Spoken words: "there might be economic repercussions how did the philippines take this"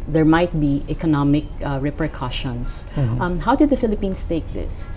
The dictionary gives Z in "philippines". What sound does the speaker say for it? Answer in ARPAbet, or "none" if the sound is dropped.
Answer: S